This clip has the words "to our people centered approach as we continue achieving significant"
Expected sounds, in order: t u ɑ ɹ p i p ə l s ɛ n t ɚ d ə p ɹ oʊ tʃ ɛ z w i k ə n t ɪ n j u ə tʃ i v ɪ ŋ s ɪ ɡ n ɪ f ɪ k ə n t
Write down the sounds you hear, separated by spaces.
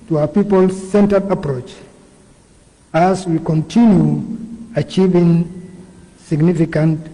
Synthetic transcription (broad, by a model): t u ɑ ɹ p i p ə l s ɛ n t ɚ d ə p ɹ oʊ tʃ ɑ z w i k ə n t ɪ n j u ə tʃ i v ɪ ŋ s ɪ ɡ n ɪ f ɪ k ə n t